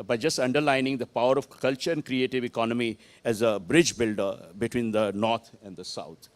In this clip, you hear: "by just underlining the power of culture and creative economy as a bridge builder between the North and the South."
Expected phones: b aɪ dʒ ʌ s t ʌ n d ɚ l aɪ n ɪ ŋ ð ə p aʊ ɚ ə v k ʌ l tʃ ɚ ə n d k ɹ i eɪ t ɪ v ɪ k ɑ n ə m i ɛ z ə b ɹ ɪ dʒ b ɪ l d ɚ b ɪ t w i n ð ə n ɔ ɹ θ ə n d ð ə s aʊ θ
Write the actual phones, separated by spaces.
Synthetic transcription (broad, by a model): b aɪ dʒ ʌ s t ʌ n d ɚ l aɪ n ɪ ŋ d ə p aʊ ɚ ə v k ʌ l tʃ ɚ ə n d k ɹ i eɪ t ɪ v ɪ k ɑ n ə m i ɛ z ə b ɹ ɪ dʒ b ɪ l d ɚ b ɪ t w i n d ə n ɔ ɹ t ə n d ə s aʊ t